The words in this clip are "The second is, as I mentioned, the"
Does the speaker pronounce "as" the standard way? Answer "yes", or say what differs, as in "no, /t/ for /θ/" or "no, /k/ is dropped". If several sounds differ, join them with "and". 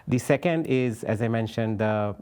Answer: yes